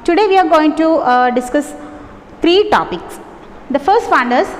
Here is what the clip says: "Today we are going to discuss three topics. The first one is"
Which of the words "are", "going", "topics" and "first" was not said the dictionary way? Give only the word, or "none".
none